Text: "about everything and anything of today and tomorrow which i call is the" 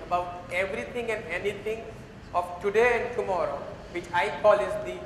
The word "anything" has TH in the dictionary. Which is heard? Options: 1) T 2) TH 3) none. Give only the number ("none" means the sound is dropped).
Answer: 1